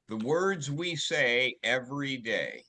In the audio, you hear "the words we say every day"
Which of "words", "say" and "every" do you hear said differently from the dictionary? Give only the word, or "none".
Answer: none